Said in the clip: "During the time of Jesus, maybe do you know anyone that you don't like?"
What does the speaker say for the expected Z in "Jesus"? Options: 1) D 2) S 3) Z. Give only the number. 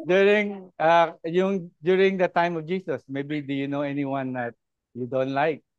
2